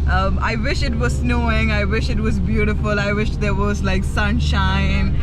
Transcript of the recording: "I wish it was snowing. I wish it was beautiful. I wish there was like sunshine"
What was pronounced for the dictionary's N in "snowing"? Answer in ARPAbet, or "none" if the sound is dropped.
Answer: N